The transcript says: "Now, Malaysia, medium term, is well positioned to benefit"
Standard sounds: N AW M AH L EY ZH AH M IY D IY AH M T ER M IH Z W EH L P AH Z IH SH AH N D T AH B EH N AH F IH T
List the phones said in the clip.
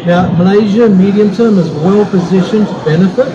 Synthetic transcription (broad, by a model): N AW M AH L EY ZH AH M IY D IY AH M T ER M IH Z W EH L P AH Z IH SH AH N T AH B EH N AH F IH T